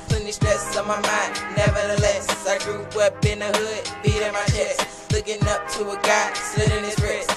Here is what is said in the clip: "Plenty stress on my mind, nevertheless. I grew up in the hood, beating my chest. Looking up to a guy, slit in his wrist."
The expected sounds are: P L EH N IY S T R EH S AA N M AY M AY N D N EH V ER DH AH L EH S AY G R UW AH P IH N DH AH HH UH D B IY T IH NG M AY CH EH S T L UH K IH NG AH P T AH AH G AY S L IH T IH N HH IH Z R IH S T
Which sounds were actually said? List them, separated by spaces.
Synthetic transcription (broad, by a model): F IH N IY SH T EH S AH M AY M AY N N EH V ER DH AH L EH S AY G R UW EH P IH N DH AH HH UH D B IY T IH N M AY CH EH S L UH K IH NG AH P T AH AH G AY S IH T IH N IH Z R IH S